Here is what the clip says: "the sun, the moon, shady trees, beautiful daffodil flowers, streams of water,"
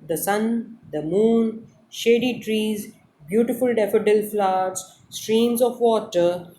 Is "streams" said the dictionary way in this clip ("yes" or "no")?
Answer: yes